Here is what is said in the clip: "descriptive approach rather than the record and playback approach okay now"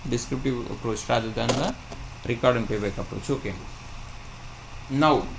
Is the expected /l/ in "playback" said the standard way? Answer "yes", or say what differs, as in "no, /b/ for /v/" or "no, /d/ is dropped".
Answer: no, /l/ is dropped